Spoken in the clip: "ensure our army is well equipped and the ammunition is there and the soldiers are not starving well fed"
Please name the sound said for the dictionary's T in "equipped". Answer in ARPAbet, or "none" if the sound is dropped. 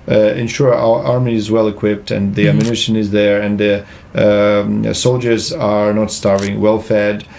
T